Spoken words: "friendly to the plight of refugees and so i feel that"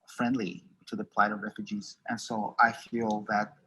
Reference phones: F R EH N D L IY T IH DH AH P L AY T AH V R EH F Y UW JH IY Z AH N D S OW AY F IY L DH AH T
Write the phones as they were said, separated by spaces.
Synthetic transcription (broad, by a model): F R EH N D L IY T IH DH AH P L AY T AH V R EH F Y UW JH IY Z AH N S OW AY F IY L DH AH T